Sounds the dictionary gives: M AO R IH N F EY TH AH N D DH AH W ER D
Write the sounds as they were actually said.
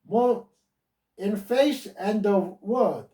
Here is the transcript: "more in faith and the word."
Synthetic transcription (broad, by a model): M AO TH IH N F EY S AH N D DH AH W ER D